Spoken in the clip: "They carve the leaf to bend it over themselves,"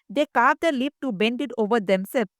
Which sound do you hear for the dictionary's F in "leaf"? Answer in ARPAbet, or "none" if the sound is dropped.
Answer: P